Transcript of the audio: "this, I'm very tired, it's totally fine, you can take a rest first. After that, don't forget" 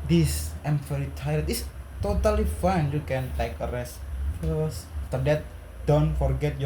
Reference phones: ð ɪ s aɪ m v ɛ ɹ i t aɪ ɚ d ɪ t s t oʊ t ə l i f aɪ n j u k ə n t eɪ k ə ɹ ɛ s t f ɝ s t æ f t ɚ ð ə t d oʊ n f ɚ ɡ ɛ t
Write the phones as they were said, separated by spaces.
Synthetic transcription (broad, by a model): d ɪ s aɪ m f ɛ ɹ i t aɪ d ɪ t s t oʊ t ə l i f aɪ n j u k ə n t eɪ k ə ɹ ɛ s t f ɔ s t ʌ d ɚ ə t d oʊ n f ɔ ɡ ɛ t